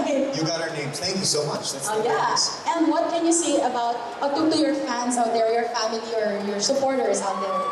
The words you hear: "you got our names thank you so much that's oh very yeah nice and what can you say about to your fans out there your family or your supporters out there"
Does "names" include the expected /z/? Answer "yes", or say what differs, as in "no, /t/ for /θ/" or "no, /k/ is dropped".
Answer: no, /z/ is dropped